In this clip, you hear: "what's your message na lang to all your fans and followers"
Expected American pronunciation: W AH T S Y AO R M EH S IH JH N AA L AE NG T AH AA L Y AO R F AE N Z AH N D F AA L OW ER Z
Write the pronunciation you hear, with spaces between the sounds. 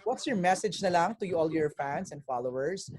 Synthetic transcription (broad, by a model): W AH T S Y AO R M EH S IH JH N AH L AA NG T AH AA L Y AO R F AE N S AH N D F AA L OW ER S